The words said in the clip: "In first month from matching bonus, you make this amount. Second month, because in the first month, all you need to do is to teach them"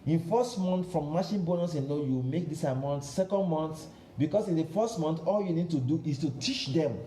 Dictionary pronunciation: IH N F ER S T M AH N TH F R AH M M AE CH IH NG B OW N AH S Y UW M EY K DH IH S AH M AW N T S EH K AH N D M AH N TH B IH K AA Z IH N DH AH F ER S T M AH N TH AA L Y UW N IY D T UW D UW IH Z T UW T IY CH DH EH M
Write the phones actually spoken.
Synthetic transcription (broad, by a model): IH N F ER S T M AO N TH F R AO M M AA SH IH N B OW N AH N Y UW M EY K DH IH S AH M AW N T S EH K AH N D M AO N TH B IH K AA S IH N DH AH F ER S T M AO N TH AA L Y UW N IY D T UW D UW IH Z T UW T IY CH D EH M